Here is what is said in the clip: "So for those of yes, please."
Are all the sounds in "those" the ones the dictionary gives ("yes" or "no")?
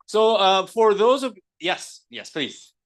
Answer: yes